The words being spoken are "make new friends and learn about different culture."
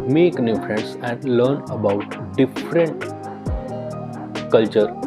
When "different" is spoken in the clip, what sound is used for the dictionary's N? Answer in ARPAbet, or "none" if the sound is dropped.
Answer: N